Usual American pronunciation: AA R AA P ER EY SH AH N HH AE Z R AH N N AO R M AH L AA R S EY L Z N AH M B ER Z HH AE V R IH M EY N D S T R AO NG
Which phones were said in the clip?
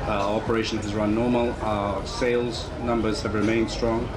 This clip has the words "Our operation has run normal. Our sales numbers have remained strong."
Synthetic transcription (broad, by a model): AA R AA P ER EY SH AH N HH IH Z R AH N N AO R M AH L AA S EY L Z N AH M B ER Z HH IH V R IH M EY N D S T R AO NG